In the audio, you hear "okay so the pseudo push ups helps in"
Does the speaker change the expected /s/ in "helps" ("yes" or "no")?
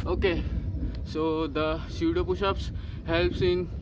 no